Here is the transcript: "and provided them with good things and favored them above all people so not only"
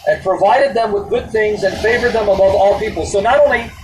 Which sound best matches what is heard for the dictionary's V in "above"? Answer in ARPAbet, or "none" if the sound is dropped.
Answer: V